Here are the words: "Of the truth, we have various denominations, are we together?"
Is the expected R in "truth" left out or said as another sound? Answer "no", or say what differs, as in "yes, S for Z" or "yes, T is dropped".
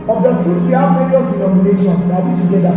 yes, R is dropped